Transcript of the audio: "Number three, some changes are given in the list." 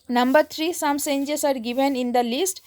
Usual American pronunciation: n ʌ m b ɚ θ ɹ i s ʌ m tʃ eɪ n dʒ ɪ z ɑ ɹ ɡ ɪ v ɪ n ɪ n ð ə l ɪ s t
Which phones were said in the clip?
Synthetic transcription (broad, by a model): n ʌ m b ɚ t ɹ i s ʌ m s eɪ n dʒ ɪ s ɑ ɹ ɡ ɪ v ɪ n ɪ n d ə l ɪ s t